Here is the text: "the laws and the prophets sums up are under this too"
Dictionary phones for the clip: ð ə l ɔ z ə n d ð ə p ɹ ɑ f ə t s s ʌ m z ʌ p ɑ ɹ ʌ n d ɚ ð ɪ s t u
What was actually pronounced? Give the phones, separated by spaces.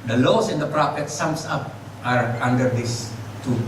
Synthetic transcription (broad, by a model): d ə l ɔ s ə n d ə p ɹ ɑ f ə t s s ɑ m s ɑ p ɑ ɹ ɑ n d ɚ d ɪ s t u